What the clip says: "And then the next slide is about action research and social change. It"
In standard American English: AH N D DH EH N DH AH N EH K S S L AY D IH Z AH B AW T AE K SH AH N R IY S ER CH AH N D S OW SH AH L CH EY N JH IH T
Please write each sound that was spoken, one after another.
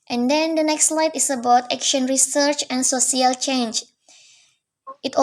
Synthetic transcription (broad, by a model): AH N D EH N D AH N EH K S S L AY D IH S AH B AW T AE K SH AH N R IY S ER CH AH N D S OW S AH L CH EY N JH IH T